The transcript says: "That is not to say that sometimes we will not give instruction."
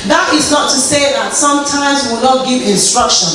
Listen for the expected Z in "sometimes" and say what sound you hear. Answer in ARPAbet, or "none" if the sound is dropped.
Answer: Z